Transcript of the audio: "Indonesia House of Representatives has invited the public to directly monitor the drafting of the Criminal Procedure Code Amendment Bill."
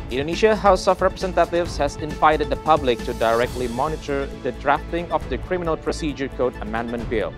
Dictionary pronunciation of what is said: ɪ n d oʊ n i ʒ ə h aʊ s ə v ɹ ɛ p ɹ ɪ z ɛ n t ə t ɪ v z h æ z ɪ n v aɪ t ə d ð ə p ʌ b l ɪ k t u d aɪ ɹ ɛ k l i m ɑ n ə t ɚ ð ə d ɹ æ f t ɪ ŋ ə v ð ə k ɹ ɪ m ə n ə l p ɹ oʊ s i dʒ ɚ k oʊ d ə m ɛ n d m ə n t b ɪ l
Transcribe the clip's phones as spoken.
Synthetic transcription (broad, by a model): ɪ n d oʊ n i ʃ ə h aʊ s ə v ɹ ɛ p ɹ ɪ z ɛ n t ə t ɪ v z h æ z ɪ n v aɪ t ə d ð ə p ʌ b l ɪ k t u d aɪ ɹ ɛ k l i m ɑ n ə t ɚ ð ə d ɹ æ f t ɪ ŋ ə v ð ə k ɹ ɪ m ə n ə l p ɹ oʊ s i dʒ ɚ k oʊ d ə m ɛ n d m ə n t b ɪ l